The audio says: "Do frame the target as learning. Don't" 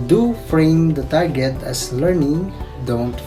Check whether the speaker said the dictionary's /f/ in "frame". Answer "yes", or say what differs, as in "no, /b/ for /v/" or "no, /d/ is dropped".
yes